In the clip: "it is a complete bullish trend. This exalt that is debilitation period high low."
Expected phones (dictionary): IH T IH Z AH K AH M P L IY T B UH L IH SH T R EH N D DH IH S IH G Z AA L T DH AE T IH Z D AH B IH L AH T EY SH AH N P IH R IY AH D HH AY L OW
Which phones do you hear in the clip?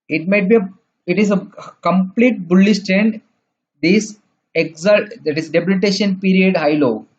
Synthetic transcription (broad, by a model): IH T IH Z AH K AH M P L IY T B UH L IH S T R EH N D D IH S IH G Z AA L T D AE T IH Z D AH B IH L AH T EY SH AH N P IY R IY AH D HH AY L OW